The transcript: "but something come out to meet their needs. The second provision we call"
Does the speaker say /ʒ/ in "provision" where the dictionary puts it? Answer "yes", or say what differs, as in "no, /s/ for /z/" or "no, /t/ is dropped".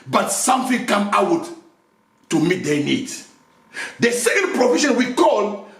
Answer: no, /ʃ/ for /ʒ/